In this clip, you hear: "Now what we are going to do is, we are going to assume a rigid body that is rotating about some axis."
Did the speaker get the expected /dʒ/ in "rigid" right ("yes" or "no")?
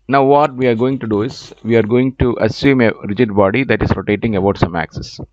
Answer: yes